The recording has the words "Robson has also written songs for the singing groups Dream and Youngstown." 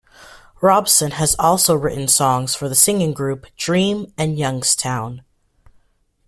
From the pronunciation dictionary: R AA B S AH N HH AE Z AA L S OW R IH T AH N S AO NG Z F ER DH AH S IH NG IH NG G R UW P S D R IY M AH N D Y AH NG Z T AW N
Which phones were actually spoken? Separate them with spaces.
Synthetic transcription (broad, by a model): R AA B S AH N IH Z AA L S OW R IH T N S AO NG Z F ER DH AH S IH NG IH NG G R UW P D R IY M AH N Y AH NG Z T AW N